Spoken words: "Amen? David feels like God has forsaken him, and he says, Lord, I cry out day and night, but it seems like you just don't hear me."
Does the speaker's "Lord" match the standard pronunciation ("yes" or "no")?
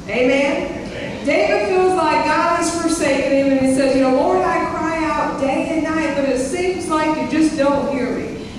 no